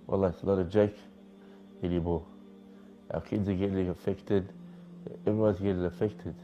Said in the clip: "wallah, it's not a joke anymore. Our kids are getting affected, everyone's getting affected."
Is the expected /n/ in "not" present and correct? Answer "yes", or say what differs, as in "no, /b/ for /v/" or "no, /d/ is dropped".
no, /l/ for /n/